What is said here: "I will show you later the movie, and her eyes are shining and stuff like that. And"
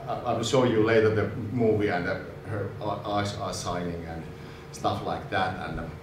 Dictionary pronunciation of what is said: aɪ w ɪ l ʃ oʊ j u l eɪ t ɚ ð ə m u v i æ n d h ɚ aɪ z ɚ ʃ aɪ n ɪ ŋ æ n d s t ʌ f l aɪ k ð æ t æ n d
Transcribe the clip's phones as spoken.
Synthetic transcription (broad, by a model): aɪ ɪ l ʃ oʊ j u l eɪ t ɚ ð ə m u v i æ n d h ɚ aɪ s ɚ s aɪ n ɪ ŋ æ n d s t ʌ f l aɪ k ð æ t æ n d